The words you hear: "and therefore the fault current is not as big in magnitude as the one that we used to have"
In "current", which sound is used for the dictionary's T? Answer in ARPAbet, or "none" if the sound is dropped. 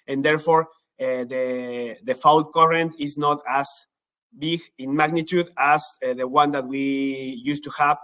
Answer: T